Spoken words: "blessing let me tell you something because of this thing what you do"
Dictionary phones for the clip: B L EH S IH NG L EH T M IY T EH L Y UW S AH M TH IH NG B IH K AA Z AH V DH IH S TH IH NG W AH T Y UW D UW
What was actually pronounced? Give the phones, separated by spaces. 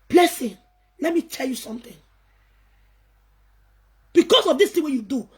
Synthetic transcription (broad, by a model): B L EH S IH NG L EH T M IY T EH L Y UW S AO M T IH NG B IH K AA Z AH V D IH S T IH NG W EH Y UW D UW